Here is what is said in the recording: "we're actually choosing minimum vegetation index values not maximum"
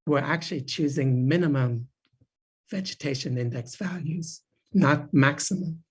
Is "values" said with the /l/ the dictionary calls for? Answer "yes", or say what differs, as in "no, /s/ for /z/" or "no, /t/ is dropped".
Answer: yes